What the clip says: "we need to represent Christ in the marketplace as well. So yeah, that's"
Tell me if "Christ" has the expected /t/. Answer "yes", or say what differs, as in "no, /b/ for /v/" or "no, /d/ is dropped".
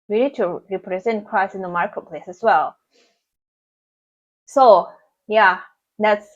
no, /t/ is dropped